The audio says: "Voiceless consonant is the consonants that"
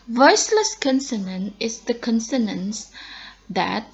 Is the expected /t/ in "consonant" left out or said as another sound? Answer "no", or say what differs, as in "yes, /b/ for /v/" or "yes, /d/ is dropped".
yes, /t/ is dropped